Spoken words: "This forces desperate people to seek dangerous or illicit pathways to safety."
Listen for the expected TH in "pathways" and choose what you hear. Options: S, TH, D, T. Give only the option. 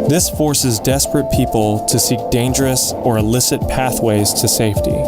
TH